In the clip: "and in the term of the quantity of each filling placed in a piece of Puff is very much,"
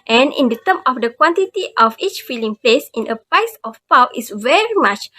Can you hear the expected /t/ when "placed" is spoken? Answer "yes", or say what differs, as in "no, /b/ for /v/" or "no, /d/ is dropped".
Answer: no, /t/ is dropped